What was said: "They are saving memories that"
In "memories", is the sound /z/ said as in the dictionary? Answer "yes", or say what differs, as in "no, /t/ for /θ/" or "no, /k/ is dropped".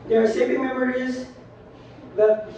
yes